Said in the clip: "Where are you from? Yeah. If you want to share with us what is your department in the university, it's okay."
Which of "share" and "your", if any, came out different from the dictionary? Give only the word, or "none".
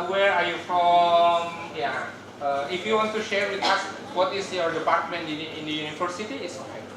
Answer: none